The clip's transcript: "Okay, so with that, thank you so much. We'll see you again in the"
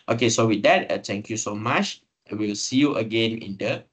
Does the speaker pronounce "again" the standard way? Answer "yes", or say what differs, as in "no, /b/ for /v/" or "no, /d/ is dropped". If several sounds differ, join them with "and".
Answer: yes